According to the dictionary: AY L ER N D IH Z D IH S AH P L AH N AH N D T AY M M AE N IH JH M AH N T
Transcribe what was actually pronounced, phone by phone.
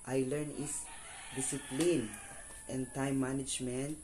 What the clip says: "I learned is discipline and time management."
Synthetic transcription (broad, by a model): AY L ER N IH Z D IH S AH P L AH N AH N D T AY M M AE N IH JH M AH N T